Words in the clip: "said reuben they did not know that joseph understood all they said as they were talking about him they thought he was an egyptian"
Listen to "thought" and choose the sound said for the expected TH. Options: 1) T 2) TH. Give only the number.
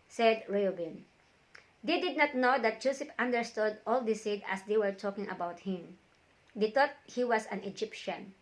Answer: 1